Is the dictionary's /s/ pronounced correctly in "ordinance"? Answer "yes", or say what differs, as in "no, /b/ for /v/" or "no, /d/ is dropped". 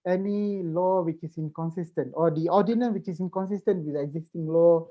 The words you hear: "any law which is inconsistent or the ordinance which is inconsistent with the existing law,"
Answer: no, /s/ is dropped